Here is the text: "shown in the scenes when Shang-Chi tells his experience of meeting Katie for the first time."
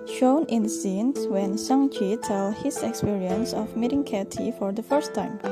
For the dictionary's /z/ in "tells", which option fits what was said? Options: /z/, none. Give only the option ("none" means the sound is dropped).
none